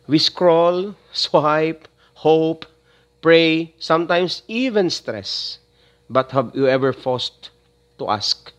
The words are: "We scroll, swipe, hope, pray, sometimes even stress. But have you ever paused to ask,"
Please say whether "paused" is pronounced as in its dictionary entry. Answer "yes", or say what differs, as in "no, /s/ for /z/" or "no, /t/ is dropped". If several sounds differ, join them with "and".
no, /f/ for /p/